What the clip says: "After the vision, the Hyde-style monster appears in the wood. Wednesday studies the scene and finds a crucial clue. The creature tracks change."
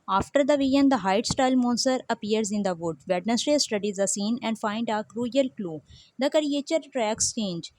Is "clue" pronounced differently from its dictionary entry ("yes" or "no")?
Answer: no